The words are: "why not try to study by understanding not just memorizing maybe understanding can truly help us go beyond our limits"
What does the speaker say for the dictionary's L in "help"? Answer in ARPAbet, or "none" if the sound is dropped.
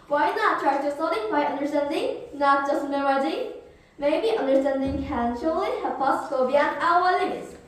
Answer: none